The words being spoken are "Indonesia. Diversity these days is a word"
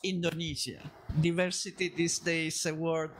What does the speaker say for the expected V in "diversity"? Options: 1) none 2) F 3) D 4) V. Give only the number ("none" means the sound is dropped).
4